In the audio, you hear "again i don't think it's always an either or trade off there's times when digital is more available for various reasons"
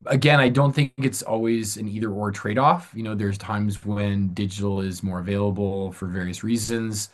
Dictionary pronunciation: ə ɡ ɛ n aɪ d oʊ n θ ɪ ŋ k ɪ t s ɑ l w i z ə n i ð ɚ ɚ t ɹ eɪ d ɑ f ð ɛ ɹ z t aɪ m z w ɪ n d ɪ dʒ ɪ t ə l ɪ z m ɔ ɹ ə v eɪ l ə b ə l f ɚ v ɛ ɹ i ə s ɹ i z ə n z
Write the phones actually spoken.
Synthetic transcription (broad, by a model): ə ɡ ɛ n aɪ d oʊ n θ ɪ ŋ k ɪ t s ɑ l w i z ə n i ð ɚ ɚ t ɹ eɪ d ɑ f ð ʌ ɹ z t aɪ m z w ɪ n d ɪ dʒ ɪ t l ɪ z m ɔ ɹ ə v eɪ l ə b l f ɚ v ɛ ɹ i ə s ɹ i z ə n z